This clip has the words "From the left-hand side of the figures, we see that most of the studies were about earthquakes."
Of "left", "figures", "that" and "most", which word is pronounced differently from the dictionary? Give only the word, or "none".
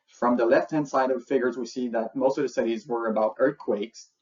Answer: none